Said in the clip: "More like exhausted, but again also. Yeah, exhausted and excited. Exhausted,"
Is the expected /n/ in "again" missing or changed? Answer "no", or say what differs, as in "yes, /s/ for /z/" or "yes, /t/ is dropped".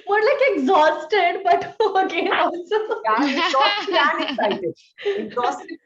yes, /n/ is dropped